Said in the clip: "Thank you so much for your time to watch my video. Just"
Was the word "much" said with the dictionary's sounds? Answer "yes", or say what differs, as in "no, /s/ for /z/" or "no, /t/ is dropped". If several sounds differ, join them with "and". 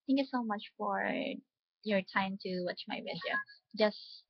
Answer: yes